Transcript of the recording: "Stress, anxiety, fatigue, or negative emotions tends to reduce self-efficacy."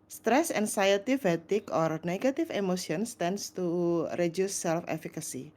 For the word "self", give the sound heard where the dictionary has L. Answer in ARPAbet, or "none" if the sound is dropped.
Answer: L